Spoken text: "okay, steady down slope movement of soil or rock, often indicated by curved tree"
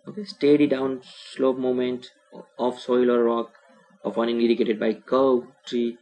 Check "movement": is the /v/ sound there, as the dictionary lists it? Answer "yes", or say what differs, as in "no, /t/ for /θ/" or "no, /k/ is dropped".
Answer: no, /v/ is dropped